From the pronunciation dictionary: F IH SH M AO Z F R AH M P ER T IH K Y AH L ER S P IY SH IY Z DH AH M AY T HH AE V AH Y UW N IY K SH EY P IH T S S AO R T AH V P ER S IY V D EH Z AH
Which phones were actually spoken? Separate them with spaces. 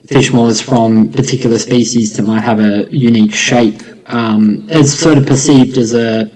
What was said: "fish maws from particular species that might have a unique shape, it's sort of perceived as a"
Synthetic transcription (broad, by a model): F IH SH M AO Z F R AH M P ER T IH K Y L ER S P IY SH IY Z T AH M AY T HH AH V AH Y UW N IY K SH EY P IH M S S AO R T AH V P ER S IY V D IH Z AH